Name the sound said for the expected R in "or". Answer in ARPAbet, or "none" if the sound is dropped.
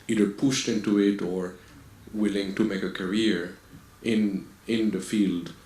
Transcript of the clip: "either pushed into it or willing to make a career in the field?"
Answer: R